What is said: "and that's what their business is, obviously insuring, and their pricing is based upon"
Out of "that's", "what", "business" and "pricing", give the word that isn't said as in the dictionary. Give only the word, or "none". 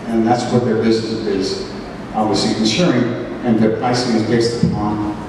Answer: business